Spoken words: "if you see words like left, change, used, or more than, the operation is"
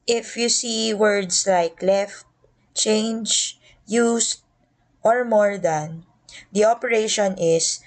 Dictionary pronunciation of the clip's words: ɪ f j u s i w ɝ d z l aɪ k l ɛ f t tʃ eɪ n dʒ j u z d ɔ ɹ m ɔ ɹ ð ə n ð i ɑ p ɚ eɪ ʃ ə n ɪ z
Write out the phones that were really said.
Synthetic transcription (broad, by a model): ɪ f j u s i w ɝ d s l aɪ k l ɛ f t tʃ eɪ n dʒ j u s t ɔ ɹ m ɔ ɹ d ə n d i ɑ p ɚ eɪ ʃ ə n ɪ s